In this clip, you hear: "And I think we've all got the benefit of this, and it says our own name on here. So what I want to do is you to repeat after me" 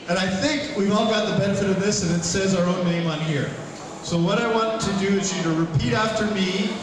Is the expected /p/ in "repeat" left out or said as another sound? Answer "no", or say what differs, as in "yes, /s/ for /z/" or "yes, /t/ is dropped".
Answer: no